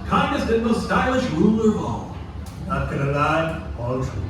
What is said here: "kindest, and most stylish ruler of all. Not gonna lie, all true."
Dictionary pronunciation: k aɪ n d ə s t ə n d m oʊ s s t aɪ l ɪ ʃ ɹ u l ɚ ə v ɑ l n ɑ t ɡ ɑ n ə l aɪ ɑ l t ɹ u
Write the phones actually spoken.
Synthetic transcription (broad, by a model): k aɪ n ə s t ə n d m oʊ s s t aɪ l ɪ ʃ ɹ u l ɚ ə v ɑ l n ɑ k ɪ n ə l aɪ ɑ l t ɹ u